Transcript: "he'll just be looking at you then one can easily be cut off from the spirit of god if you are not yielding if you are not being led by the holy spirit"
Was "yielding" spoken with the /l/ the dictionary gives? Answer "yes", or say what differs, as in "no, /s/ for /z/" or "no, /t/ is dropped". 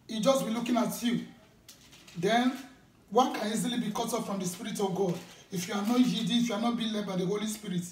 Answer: no, /l/ is dropped